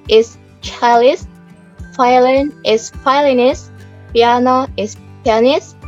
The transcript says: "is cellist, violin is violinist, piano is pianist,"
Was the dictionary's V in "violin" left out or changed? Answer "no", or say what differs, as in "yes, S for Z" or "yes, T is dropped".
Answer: yes, F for V